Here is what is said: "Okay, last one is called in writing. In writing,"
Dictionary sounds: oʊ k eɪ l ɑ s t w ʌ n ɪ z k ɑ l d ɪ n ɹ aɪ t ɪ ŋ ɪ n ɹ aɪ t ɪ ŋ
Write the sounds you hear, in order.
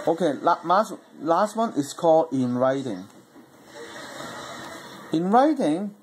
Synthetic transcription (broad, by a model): oʊ k eɪ l ɑ s t w ʌ n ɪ s k ɑ l d ɪ n ɹ aɪ t ɪ ŋ ɪ n ɹ aɪ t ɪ ŋ